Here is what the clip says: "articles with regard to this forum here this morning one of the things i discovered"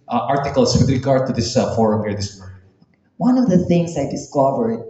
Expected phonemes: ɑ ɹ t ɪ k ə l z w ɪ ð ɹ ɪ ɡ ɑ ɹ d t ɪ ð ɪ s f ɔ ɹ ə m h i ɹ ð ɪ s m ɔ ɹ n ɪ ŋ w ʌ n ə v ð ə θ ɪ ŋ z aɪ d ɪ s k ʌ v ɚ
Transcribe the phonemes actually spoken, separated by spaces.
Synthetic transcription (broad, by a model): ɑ ɹ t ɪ k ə l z w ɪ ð ɹ ɪ ɡ ɑ ɹ d t ɪ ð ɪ s f ɔ ɹ ə m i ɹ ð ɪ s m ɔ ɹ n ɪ w ʌ n ə v ð ə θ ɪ ŋ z aɪ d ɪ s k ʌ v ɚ